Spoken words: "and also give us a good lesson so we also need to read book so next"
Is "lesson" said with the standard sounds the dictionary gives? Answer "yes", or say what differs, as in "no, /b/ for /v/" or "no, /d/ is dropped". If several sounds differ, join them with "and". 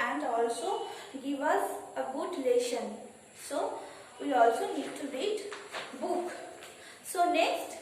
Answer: no, /ʃ/ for /s/